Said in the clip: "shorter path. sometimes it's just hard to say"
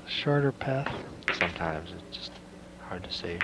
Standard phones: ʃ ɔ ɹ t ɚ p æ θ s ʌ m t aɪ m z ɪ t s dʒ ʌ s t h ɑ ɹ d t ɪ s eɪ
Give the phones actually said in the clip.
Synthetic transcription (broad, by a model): ʃ ɔ ɹ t ɚ p æ θ s ʌ m t aɪ m z ɪ t s dʒ ʌ s t h ɑ ɹ d t ɪ s eɪ